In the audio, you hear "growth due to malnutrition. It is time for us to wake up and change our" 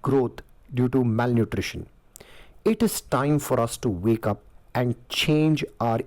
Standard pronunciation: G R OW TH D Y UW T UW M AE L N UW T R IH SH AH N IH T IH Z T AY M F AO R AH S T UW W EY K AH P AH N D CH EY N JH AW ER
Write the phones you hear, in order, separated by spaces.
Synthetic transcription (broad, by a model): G R OW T D Y UW T UW M AE L N UW T R IH SH AH N IH T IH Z T AY M F AO R AH S T UW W EY K AH P AH N D CH EY N JH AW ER